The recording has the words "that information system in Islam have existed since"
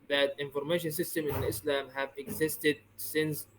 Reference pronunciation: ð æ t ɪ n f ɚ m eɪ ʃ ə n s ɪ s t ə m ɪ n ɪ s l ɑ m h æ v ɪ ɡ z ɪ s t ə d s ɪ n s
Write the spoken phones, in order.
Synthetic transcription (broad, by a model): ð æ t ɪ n f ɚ m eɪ ʃ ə n s ɪ s t ə m ɪ n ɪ s l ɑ m h æ v ɪ ɡ z ɪ s t ə d s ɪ n s